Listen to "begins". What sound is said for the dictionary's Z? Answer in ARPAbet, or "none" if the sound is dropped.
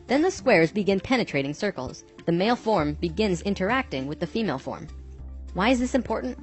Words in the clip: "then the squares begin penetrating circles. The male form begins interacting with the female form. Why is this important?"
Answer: Z